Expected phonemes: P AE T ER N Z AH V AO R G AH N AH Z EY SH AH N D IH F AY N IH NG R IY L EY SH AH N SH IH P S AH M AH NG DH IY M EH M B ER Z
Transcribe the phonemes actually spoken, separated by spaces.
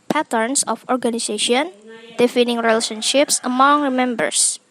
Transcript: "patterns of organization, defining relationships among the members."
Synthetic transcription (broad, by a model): P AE T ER N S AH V AO R G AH N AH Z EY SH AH N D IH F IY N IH NG R IY L EY SH AH N SH IH P S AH M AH NG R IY M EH M B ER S